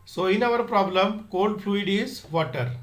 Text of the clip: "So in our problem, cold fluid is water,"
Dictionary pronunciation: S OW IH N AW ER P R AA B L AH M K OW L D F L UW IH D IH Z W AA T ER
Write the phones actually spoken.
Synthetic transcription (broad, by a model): S OW IH N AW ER P R AA B L AH M K OW N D F L UW IH D IH Z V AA T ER